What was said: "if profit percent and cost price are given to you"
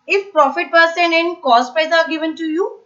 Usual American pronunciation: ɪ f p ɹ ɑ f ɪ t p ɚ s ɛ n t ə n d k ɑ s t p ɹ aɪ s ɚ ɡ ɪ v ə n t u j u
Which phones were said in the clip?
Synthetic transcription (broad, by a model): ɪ f p ɹ ɑ f ɪ t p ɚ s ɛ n ə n k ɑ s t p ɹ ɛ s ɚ ɡ ɪ v ə n t u j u